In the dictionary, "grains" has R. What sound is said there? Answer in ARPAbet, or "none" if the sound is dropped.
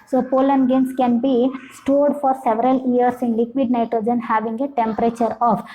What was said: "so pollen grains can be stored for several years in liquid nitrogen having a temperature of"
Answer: none